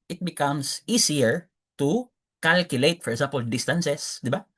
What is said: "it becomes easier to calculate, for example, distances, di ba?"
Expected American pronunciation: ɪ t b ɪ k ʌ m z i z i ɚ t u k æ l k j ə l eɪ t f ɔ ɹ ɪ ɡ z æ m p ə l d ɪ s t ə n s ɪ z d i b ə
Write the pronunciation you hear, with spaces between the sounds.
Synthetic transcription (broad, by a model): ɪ t b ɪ k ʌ m s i s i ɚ t u k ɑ l k j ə l eɪ t f ɔ ɹ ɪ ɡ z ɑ m p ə l d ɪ s t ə n s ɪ s d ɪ b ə